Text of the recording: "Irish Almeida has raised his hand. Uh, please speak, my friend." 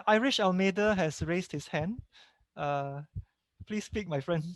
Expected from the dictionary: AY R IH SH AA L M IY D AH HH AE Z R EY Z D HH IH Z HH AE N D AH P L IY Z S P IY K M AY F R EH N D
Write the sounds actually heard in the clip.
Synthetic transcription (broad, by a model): AY R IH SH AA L M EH D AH HH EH S R EY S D HH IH S HH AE N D AH P L IY S P IY K M AY F R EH N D